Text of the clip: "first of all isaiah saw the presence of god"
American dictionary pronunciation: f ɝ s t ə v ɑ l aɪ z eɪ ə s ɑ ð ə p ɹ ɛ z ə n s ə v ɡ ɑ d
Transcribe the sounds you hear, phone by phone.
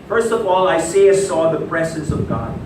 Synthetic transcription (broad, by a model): f ɝ s t ə v ɑ l aɪ s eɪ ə s ɑ ð ə p ɹ ɛ z ə n s ə v ɡ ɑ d